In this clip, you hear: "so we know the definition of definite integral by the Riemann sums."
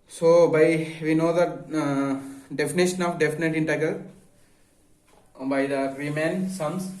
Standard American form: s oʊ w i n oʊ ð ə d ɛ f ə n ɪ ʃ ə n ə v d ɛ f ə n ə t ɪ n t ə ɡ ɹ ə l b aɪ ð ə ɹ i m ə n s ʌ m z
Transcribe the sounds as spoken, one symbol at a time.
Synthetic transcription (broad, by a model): s oʊ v i n oʊ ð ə d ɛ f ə n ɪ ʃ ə n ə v d ɛ f ə n ə t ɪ n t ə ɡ ə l b aɪ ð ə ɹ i m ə n s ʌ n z